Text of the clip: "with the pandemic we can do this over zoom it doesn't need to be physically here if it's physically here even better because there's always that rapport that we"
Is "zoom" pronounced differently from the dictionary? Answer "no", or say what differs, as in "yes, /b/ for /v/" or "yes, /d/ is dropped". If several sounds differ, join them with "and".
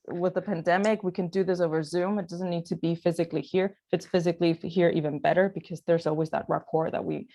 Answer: no